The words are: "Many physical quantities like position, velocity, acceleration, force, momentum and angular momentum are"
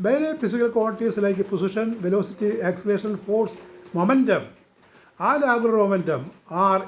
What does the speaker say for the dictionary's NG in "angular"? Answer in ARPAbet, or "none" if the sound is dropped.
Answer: none